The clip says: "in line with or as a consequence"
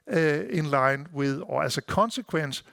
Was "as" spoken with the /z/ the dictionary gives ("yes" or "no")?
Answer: no